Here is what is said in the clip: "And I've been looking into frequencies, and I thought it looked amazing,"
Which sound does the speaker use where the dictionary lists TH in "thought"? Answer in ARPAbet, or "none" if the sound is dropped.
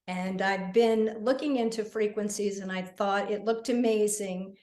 TH